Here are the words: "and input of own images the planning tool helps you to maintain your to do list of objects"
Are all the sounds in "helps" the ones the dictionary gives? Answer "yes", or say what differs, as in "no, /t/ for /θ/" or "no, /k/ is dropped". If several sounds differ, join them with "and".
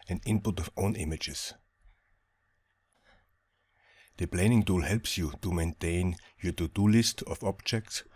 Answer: yes